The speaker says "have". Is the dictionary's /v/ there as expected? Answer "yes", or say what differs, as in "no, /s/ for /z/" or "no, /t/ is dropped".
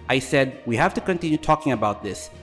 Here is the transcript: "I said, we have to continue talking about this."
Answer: no, /f/ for /v/